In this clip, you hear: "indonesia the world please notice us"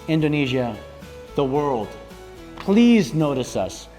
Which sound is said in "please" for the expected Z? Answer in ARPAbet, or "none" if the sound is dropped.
Z